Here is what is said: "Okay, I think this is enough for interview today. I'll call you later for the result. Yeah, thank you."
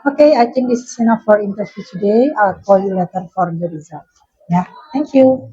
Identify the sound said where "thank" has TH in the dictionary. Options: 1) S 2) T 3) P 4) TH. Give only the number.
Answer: 2